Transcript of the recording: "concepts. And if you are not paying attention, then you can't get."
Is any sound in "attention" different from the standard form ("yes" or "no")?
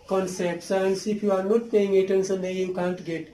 yes